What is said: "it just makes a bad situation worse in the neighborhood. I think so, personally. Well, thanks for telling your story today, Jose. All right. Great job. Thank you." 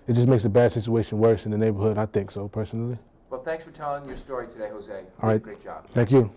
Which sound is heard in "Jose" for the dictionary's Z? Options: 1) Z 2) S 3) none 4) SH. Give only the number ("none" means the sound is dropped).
1